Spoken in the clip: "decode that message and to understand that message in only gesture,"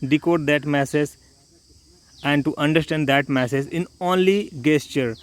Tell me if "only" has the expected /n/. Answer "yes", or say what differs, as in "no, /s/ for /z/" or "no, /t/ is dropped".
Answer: yes